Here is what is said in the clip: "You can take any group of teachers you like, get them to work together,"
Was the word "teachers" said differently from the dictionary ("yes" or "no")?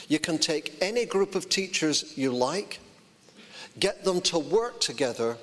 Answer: no